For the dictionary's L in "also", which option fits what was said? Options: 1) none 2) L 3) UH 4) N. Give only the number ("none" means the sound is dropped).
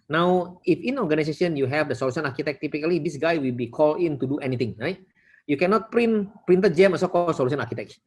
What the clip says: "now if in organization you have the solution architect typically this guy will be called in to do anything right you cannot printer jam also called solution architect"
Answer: 1